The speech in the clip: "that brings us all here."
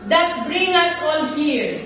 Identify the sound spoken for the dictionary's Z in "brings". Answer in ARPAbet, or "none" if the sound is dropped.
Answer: none